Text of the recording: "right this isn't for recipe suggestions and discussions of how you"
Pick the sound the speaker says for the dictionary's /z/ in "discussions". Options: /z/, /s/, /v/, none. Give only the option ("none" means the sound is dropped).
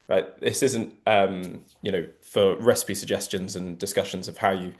/z/